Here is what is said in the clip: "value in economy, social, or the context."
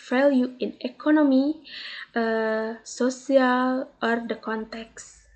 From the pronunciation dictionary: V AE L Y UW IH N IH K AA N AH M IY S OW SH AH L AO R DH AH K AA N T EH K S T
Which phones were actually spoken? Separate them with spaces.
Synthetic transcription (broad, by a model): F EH L Y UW IH N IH K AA N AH M IY S OW S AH L AO R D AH K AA N T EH K S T